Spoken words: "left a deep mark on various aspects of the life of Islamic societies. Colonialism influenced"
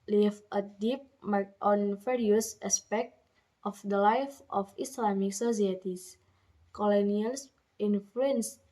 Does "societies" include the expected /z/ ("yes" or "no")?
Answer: no